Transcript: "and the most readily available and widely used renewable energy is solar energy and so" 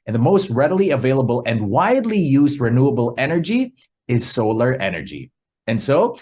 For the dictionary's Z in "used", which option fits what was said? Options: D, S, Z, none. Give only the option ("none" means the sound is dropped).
Z